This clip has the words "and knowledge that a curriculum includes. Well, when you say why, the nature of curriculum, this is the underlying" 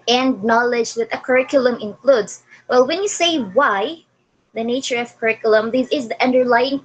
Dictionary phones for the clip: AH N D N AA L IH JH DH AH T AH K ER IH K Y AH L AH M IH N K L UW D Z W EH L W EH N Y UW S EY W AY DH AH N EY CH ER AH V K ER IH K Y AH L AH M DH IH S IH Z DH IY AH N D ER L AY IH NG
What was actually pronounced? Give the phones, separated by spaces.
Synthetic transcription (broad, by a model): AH N D N AA L IH JH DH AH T AH K ER IH K Y AH L AH M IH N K L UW D S W EH L W EH N Y UW S EY W AY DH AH N EY CH ER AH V K ER IH K Y AH L AH M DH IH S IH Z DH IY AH N D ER L AY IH NG